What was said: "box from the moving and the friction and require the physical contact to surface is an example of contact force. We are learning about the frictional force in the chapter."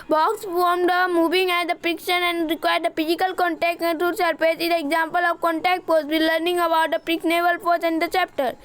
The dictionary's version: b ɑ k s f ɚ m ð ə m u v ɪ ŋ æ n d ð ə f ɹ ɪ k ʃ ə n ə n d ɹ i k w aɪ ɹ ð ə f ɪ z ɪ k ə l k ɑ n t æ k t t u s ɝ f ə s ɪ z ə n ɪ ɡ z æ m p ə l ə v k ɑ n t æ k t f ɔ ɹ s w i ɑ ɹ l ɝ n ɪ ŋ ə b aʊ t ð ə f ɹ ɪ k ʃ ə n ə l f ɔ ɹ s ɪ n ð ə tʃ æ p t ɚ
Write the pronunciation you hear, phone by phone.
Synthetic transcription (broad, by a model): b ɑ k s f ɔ m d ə m u v ɪ ŋ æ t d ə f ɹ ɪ k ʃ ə n ə n d ɹ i k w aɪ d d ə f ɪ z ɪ k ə l k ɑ n t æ k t t u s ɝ p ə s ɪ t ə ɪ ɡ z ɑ m p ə l ə v k ɑ n t æ k t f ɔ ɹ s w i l l ɝ n ɪ ŋ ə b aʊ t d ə p ɹ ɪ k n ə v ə l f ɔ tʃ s ɪ n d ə tʃ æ p t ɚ